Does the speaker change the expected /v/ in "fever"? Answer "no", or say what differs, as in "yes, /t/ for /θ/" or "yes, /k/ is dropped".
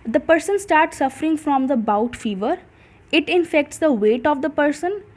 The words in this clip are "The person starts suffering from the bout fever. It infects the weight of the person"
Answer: no